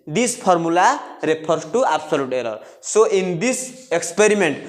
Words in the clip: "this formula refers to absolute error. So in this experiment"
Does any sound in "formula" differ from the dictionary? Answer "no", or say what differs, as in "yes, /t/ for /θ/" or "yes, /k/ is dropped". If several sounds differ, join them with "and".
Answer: yes, /p/ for /f/